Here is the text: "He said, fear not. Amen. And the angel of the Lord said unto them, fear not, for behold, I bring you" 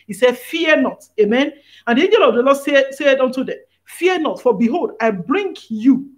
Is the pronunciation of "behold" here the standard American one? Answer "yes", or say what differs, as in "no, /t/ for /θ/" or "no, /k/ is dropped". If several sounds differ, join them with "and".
yes